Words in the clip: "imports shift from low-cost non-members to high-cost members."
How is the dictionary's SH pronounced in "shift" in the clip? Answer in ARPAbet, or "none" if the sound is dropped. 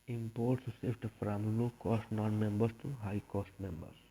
S